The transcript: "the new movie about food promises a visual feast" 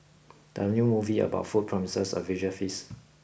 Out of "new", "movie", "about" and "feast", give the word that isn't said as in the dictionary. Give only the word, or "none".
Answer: feast